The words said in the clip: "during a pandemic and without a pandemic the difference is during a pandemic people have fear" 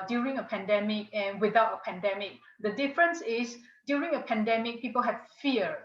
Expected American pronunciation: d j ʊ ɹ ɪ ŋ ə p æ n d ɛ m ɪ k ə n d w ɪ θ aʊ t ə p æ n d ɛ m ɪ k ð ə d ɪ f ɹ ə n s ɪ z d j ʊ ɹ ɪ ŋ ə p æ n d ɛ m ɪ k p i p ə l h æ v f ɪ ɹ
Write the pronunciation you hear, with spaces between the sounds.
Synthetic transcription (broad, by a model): d j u ɹ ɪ ŋ ə p æ n d ɛ m ɪ k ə n w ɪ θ aʊ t ə p æ n d ɛ m ɪ k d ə d ɪ f ɹ ə n s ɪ s d j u ɹ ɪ ŋ ə p æ n d ɛ m ɪ k p i p ə l h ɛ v f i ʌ